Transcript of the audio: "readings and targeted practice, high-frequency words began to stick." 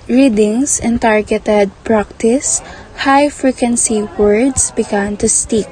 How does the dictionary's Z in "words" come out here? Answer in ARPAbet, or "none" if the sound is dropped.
S